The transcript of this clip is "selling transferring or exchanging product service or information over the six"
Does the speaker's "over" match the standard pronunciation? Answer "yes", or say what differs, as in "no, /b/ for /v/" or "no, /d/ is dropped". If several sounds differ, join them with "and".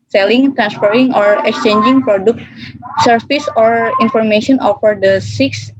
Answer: no, /f/ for /v/